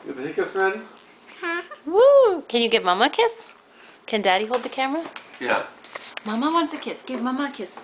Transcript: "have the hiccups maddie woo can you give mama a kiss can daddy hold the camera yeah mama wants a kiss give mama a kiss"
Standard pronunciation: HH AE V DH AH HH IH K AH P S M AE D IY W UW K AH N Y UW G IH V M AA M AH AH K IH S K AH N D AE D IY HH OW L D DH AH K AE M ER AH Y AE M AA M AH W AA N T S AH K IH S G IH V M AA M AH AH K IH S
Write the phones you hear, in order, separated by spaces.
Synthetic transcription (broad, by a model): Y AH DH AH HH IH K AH S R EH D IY W UW K AH N Y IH G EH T M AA M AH AH K IH S K AH N D AE D IY HH OW L D DH AH K AE M ER AH Y AE M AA M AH W AA N T S AH K IH S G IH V M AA M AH AH K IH S